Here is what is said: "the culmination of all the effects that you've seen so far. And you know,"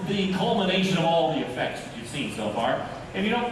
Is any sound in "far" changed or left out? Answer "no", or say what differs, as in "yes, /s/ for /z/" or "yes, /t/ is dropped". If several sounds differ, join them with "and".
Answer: no